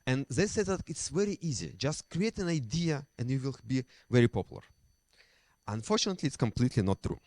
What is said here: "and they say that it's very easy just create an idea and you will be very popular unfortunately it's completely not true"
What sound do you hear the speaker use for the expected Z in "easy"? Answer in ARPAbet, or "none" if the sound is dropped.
Z